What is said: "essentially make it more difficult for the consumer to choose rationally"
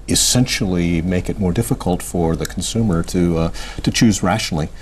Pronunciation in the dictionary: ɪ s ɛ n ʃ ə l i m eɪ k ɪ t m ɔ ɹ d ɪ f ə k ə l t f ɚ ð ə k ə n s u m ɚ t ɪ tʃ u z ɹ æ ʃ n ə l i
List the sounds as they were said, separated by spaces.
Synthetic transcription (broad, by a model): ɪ s ɛ n ʃ l i m eɪ k ɪ t m ɔ ɹ d ɪ f ə k ə l t f ɚ ð ə k n s u m ɚ t ɪ tʃ u z ɹ æ ʃ n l i